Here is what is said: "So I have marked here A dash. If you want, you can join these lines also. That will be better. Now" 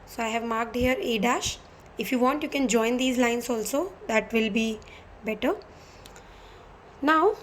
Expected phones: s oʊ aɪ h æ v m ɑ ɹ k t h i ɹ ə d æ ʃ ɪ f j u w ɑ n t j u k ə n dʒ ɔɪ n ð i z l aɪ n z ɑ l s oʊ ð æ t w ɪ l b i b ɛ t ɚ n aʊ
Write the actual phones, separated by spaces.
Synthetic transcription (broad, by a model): s oʊ aɪ h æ v m ɑ ɹ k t h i ɹ ə d æ ʃ ɪ f j u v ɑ n t j u k ə n dʒ ɔɪ n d i z l aɪ n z ɑ l s oʊ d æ t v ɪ l b i b ɛ t ɚ n aʊ